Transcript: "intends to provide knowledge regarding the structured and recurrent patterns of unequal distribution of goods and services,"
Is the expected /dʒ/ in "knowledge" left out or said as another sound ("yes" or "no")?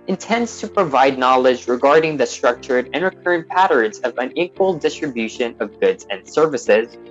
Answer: no